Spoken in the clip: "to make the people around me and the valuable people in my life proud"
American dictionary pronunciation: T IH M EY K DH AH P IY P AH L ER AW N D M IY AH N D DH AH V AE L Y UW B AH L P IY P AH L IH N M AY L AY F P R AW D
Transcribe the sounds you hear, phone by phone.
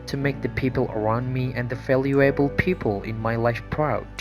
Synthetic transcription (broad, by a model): T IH M EY K DH AH P IY P AH L ER AW N D M IY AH N DH AH F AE L Y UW B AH L P IY P AH L IH N M AY L AY F P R AW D